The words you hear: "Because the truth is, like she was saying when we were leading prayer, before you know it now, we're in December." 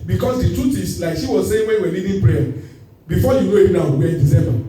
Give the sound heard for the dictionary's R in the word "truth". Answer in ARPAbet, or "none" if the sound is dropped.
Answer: none